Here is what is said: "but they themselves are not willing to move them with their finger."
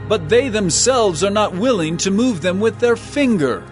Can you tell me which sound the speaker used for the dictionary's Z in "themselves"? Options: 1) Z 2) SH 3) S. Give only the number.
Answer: 1